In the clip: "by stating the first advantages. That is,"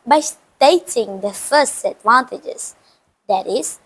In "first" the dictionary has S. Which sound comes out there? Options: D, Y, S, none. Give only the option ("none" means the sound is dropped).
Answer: S